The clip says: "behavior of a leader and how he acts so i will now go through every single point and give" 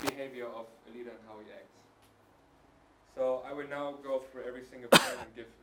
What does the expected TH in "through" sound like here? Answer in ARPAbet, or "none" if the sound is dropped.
F